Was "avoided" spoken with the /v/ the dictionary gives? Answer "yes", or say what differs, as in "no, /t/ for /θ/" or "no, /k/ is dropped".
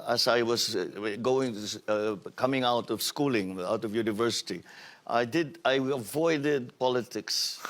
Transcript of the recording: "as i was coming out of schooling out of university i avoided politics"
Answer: yes